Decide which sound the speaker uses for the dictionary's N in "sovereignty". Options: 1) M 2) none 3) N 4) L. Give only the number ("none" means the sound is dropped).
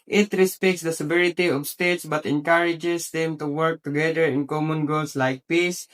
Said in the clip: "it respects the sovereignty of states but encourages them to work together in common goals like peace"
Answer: 2